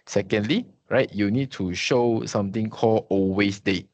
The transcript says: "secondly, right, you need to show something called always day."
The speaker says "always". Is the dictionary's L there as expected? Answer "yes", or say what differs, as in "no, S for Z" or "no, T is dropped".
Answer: no, L is dropped